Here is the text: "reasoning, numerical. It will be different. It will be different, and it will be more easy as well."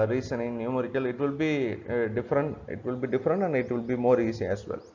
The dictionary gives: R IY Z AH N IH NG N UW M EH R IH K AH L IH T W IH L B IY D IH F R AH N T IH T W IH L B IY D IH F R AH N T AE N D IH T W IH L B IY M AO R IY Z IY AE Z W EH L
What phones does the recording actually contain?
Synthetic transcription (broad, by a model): R IY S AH N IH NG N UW M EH R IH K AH L IH T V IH L B IY D IH F R AH N T IH T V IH L B IY D IH F R AH N T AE N D IH T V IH L B IY M AO R IY S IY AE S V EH L